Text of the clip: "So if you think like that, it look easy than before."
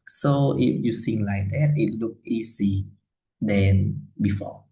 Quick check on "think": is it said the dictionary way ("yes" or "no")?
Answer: no